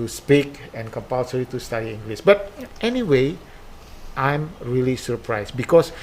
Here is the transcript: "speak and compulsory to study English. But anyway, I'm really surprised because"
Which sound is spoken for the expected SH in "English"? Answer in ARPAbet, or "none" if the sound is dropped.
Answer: S